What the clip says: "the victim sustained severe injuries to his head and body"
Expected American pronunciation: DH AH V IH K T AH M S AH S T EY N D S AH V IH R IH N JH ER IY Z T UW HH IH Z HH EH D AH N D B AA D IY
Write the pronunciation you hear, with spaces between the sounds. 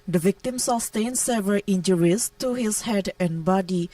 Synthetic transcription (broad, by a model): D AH V IH K T AH M S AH S T EY N S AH V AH L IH N JH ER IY S T UW HH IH S HH EH D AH N B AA D IY